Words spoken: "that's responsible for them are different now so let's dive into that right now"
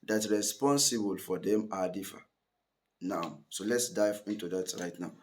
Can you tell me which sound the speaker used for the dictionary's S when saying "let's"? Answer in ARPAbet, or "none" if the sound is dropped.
S